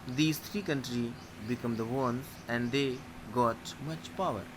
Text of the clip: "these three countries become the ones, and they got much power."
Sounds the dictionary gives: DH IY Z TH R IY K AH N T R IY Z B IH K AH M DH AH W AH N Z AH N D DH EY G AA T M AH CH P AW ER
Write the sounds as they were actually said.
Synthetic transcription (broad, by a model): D IY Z T R IY K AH N T R IY B IH K AH M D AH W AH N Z AH N D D EY G AA T M AH CH P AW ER